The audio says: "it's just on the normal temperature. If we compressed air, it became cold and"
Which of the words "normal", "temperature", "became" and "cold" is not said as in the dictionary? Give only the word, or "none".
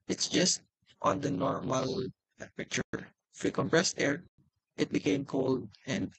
temperature